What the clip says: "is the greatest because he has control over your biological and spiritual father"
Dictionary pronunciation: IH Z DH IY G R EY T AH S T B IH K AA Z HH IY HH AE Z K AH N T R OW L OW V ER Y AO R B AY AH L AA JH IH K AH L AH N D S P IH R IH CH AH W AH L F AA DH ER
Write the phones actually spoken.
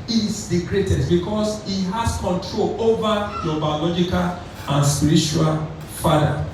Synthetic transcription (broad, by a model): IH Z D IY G R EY T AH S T B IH K AA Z HH IY HH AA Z K AH N T R OW L OW V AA Y AO B AY AH L AA JH IH K AH L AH N S P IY R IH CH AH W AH L F AA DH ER